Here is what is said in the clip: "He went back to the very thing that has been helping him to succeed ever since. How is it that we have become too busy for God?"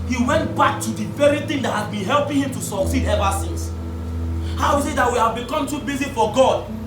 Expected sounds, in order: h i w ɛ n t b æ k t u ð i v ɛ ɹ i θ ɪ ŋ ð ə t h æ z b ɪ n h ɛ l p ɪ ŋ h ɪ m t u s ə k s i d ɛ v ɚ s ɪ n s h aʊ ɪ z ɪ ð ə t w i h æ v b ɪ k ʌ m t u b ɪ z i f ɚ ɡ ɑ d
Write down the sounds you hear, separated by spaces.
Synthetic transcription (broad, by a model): h i w ɛ n t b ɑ k t u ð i v ɛ ɹ i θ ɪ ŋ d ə t h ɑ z b ɪ n h ɛ l p ɪ ŋ h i m t u s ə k s i d ɛ v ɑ s ɪ n s h aʊ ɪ s ɪ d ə t w i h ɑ v b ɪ k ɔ m t u b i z i f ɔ ɡ ɑ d